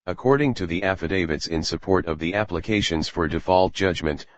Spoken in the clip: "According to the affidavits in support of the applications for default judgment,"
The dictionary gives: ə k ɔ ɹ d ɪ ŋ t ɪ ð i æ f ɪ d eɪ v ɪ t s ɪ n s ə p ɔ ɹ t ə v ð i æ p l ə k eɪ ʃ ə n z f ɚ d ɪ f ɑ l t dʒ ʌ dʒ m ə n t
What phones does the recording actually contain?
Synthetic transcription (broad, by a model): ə k ɔ ɹ d ɪ ŋ t ɪ ð i æ f ɪ d eɪ v ɪ t s ɪ n s ə p ɔ ɹ t ə v ð i æ p l ə k eɪ ʃ ə n z f ɚ d ɪ f ɑ l t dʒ ʌ dʒ m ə n t